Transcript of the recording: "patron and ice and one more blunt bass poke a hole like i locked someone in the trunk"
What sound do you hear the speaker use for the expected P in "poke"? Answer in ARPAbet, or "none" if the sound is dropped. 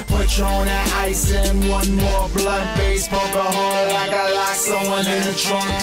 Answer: B